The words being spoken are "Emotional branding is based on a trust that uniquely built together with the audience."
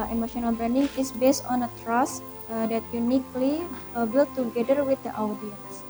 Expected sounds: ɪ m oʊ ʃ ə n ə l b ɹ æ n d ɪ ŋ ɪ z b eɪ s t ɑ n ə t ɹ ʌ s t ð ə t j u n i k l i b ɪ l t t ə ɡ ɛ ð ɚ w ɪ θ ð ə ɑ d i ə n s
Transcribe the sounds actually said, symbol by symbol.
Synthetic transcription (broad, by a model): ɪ m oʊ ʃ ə n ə l b ɹ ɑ n d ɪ ŋ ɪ s b eɪ s t ɑ n ə t ɹ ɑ s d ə t j u n i k l i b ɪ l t t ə ɡ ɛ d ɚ w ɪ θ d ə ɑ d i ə n s